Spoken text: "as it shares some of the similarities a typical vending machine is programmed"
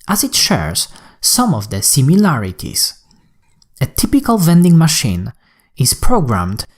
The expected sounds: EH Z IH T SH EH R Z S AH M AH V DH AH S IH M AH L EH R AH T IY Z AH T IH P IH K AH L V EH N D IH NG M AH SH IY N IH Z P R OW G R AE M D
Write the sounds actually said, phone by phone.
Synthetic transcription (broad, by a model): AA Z IH T SH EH R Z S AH M AH V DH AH S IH M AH L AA R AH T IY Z AH T IH P IH K AH L V EH N D IH NG M AH SH IY N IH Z P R OW G R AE M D